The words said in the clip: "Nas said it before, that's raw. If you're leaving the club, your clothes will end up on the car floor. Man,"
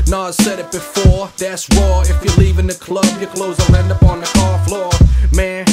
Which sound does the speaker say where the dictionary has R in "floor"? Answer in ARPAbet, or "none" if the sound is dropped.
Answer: R